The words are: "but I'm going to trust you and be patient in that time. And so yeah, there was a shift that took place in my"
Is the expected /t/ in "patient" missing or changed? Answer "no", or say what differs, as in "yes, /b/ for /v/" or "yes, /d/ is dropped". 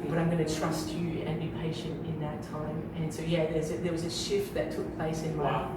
no